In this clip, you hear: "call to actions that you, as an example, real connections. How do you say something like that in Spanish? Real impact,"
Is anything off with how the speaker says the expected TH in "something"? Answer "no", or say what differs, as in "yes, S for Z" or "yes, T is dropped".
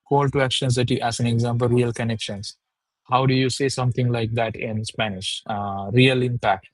yes, T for TH